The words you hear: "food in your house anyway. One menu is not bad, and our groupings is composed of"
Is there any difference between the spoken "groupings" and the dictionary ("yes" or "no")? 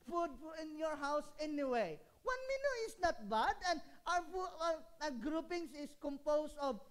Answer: yes